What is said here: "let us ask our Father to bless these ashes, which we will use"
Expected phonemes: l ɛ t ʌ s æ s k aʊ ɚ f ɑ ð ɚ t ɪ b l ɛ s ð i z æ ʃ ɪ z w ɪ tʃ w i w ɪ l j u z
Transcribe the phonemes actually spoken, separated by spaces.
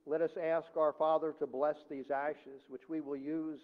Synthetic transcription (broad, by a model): l ɛ t ʌ s æ s k aʊ ɚ f ɑ ð ɚ t ɪ b l ɛ s ð i z æ ʃ ɪ z w ɪ tʃ w i w ɪ l j u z